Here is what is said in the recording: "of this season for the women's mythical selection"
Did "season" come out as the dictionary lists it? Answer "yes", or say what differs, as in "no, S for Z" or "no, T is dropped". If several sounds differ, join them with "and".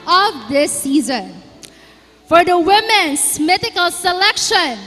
yes